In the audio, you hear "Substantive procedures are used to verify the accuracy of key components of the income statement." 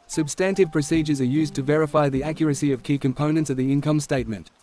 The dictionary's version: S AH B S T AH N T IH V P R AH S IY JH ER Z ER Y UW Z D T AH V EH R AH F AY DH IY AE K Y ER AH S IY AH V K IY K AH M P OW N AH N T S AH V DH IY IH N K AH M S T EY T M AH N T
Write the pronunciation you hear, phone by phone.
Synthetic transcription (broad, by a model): S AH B S T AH N T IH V P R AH S IY JH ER Z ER Y UW Z T AH V EH R AH F AY DH IY AE K Y ER AH S IY AH V K IY K AH M P OW N AH N T S AH V DH IY IH N K AH M S T EY T M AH N T